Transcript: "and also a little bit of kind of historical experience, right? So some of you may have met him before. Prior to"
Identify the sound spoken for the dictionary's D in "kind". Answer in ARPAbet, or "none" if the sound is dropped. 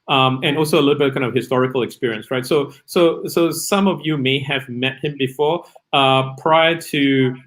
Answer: none